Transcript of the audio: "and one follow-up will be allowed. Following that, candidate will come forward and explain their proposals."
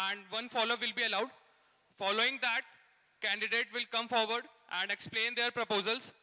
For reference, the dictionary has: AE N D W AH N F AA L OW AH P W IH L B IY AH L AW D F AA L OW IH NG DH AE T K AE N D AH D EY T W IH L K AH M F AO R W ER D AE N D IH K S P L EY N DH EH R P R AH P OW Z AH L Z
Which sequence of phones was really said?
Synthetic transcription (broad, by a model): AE N D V AH N F AA L OW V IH L B IY AH L AW D F AA L OW IH NG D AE T K AE N D AH D EY T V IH L K AH M F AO R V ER D AE N D IH K S P L EY N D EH R P R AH P OW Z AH L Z